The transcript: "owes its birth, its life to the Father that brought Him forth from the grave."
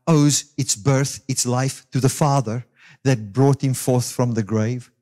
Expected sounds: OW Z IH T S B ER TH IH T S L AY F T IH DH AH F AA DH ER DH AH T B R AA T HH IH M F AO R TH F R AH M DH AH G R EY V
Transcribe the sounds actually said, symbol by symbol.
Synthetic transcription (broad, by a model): OW Z IH T S B ER TH IH T S L AY F T IH DH AH F AA DH ER DH AH T B R AA T HH IH M F AO R TH F R AH M DH AH G R EY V